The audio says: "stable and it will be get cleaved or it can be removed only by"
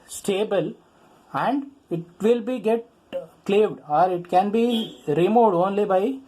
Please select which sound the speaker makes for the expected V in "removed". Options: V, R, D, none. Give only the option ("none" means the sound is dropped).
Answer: none